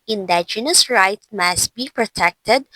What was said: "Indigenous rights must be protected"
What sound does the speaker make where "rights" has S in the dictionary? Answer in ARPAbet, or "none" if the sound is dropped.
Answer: none